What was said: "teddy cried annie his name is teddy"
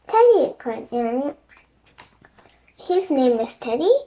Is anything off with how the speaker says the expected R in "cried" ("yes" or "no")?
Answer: yes